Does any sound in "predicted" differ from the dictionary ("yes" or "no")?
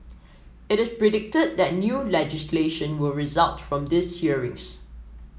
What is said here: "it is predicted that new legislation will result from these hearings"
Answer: no